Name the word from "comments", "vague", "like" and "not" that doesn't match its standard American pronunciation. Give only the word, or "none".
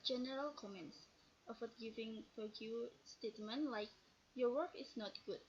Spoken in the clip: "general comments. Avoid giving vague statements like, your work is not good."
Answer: vague